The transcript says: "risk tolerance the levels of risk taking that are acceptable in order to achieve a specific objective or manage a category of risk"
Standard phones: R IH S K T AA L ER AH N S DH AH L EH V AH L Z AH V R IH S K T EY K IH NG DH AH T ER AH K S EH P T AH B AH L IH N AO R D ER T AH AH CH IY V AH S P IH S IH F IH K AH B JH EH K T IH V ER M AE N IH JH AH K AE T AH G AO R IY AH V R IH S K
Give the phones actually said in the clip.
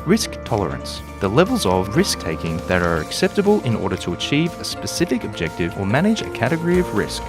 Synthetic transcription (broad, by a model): R IH S K T AA L ER AH N S DH AH L EH V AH L Z AH V R IH S K T EY K IH NG DH AH T ER AH K S EH P T AH B AH L IH N AO R D ER T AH AH CH IY V AH S P IH S IH F IH K AH B JH EH K T IH V ER M AE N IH JH AH K AE T AH G AO R IY AH V R IH S K